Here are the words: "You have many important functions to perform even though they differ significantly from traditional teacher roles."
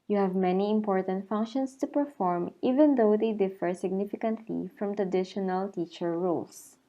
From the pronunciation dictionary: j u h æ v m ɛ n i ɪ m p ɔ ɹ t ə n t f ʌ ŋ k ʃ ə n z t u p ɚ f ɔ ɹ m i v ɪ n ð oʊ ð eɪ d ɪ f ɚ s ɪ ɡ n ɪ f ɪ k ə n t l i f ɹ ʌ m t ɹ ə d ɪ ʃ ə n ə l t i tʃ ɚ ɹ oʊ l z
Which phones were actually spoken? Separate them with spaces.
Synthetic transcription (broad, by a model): j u h æ v m ɛ n i ɪ m p ɔ ɹ t ə n t f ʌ ŋ k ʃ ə n s t u p ɚ f ɔ ɹ m i v ɪ n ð oʊ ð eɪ d ɪ f ɚ s ɪ ɡ n ɪ f ɪ k ə n t l i f ɹ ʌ m t ɹ ə d ɪ ʃ ə n ə l t i tʃ ɚ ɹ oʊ l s